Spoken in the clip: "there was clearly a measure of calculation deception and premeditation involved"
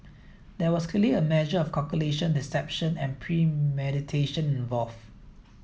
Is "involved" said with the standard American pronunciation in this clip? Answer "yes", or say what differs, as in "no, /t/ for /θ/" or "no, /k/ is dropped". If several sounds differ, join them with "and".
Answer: no, /d/ is dropped